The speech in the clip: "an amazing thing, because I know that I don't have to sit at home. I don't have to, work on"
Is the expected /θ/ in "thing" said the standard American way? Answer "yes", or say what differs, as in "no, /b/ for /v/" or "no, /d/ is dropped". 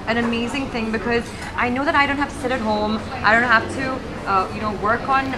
yes